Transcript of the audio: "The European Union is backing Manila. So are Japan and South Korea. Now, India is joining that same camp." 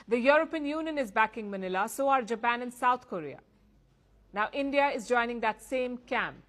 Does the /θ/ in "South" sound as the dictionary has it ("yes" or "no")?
no